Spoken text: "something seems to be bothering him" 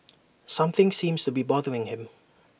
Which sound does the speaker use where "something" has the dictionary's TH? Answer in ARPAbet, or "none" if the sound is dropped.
TH